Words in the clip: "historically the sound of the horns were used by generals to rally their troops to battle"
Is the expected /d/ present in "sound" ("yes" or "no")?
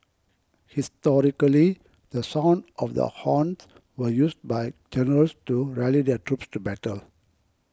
yes